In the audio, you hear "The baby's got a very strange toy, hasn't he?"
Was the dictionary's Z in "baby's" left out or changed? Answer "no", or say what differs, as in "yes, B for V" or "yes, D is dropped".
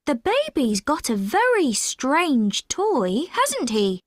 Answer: no